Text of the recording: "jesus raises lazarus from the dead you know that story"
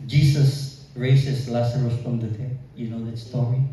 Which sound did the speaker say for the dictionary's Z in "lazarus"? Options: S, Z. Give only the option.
S